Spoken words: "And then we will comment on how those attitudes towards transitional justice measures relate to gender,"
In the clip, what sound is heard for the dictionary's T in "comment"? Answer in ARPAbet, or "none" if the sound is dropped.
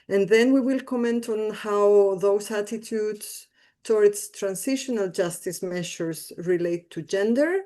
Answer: T